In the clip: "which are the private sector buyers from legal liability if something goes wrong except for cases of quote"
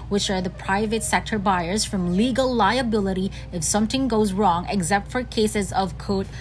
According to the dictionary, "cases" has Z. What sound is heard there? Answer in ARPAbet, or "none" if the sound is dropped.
Z